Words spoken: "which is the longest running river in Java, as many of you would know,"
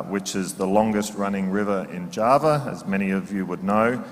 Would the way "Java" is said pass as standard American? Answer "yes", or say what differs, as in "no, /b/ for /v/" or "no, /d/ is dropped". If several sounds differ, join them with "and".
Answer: yes